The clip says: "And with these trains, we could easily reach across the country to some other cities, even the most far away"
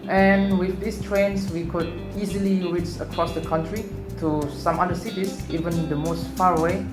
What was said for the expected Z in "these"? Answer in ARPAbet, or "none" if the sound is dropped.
S